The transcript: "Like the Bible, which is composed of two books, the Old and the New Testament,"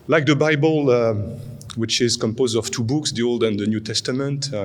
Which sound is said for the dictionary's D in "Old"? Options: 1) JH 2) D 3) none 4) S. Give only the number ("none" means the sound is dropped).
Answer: 2